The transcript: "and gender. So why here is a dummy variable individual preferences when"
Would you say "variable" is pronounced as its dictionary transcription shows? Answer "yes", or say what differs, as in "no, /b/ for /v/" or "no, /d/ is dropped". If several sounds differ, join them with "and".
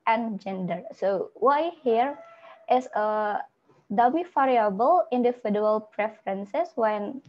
no, /f/ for /v/